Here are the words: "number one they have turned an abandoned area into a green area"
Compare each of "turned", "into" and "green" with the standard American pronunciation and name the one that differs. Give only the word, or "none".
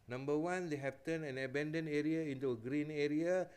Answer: turned